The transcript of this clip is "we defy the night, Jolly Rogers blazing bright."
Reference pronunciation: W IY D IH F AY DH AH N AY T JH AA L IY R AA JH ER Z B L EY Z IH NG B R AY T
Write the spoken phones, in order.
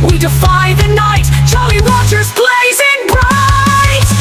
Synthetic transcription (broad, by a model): W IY D IH F AY DH AH N AY T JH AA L IY W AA CH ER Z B L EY Z IH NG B R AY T